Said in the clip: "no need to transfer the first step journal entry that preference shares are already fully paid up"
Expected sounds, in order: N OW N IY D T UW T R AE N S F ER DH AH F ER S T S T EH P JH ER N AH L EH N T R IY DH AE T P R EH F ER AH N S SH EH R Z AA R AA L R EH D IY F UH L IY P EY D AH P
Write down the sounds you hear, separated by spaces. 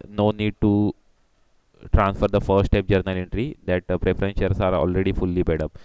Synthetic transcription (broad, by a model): N OW N IY D T UW T R AE N S F ER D AH F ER T S T EH P JH ER N AH L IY N T R IY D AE T P R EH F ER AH N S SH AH R S AA R AA L R EH D IY F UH L IY B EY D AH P